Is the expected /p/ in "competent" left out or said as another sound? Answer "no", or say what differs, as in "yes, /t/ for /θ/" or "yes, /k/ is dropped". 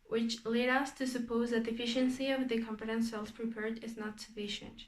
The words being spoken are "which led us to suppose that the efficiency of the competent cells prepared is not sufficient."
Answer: yes, /f/ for /p/